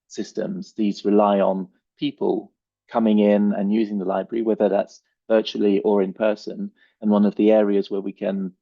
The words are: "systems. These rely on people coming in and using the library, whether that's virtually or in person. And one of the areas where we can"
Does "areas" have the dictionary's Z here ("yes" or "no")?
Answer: yes